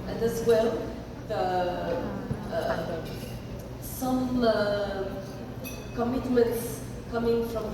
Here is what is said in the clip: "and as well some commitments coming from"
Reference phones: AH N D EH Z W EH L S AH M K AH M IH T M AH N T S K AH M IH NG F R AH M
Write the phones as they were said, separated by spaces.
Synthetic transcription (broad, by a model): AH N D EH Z W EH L S AH M K AH M IH T M AH N T S K AH M IH NG F R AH M